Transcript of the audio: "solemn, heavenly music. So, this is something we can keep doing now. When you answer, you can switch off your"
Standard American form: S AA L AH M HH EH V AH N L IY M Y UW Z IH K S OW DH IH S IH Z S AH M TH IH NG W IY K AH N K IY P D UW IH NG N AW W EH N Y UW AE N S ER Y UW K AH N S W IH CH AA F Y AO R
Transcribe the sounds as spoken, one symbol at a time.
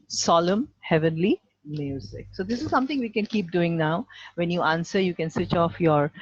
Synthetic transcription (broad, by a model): S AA L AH M HH EH V AH N L IY M Y UW Z IH K S OW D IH S IH Z S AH M T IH NG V IY K AH N K IY P D UW IH NG N AW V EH N Y UW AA N S ER Y UW K AH N S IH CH AA F Y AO R